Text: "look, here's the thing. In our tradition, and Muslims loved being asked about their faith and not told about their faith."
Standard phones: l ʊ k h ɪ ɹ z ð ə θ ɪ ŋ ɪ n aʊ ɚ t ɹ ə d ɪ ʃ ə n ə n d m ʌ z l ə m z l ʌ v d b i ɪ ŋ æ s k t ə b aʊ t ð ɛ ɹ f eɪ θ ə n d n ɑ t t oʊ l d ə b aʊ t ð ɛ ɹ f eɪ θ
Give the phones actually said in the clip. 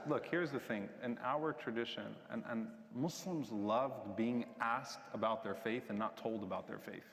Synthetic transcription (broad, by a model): l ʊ k h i ɹ z ð ə θ ɪ ŋ ɪ n aʊ ɚ t ɹ ə d ɪ ʃ ə n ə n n m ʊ s l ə m z l ʌ v d b i ɪ ŋ æ s k t ə b aʊ t ð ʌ ɹ f eɪ θ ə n n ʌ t t oʊ l d ə b aʊ t ð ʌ ɹ f eɪ θ